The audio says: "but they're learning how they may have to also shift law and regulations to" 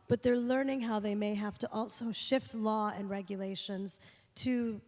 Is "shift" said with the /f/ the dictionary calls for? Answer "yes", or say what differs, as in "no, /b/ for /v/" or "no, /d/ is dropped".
yes